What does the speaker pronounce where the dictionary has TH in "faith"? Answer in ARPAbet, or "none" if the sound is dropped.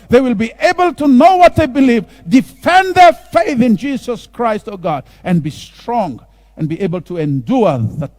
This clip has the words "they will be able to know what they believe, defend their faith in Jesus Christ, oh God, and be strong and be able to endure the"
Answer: TH